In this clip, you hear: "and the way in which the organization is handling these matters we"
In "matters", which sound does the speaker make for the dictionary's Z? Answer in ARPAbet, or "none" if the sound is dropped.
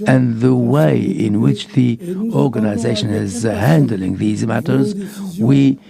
Z